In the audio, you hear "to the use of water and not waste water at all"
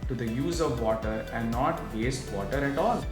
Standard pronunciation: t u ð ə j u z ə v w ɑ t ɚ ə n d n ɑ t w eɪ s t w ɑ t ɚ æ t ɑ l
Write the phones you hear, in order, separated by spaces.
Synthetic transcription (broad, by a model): t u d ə j u z ə v ɑ t ɚ ə n d n ɑ t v eɪ s t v ɑ t ɚ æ t ɑ l